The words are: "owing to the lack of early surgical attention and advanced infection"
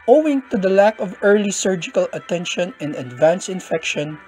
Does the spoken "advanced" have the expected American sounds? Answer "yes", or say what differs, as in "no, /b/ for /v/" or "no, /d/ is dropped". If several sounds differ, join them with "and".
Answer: no, /t/ is dropped